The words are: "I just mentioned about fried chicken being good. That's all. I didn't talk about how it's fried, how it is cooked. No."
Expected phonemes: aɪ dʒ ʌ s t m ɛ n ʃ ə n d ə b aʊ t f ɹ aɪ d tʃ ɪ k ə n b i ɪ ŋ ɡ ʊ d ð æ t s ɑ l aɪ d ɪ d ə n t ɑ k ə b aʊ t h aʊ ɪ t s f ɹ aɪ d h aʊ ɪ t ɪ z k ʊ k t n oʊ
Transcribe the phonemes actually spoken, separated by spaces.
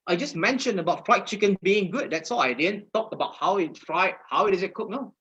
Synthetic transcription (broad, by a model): aɪ dʒ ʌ s m ɛ n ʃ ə n ə b aʊ t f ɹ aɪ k tʃ ɪ k ə n b i ɪ ŋ ɡ ʊ d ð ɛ t s ɑ l aɪ d ɪ d ə n t ɑ k ə b aʊ t h aʊ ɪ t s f ɹ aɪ h aʊ ɪ t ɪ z k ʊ k n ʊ